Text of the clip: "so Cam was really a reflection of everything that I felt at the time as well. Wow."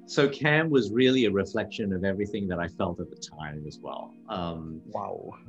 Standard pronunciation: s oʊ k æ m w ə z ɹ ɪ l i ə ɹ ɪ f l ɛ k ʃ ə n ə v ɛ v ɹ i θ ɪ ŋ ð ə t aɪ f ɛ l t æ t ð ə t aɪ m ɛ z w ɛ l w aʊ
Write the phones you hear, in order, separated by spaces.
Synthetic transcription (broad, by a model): s oʊ k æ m w ə z ɹ ɪ l i ə ɹ ɪ f l ɛ k ʃ ə n ə v ɛ v ɹ i θ ɪ ŋ ð ə t aɪ f ɛ l t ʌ t ð ə t aɪ m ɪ z w ɛ l w aʊ